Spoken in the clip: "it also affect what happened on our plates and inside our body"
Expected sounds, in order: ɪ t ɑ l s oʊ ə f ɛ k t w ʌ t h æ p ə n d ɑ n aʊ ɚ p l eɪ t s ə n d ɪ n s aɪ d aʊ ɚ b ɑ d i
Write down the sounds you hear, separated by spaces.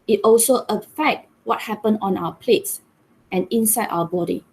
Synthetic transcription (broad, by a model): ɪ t ɑ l s oʊ ə f ɛ k t w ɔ t h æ p ə n ɑ n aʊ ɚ p l eɪ t s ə n ɪ n s aɪ d aʊ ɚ b ɑ d i